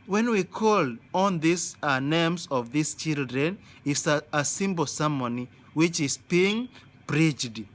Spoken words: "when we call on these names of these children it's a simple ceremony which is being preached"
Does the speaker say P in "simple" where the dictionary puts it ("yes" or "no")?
no